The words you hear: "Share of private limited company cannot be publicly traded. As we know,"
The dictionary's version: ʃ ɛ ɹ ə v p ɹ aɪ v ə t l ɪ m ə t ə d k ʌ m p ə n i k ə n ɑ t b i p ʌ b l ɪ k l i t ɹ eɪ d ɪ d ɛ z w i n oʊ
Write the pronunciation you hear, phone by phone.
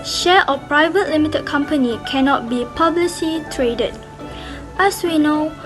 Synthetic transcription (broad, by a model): ʃ ɛ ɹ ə p ɹ aɪ v ə t l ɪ m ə t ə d k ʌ m p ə n i k ə n ɑ t b i p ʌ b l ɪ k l i t ɹ eɪ d ɪ d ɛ s w i n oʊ